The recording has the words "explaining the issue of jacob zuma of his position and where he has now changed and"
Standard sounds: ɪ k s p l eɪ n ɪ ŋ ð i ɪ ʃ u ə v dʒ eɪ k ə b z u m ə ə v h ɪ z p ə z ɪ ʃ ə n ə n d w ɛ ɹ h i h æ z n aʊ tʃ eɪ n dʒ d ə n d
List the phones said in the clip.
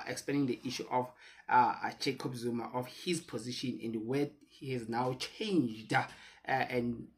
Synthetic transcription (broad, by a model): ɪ k s p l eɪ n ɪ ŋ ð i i ʃ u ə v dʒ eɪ k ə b z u m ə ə f h ɪ z p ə z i ʃ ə n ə n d w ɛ h i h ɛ z n aʊ tʃ eɪ n dʒ d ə n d